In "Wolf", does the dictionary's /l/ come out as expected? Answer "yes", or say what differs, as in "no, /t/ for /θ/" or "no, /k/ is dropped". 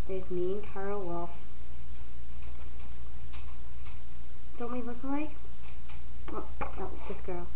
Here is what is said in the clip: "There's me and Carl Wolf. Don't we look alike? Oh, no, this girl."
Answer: no, /l/ is dropped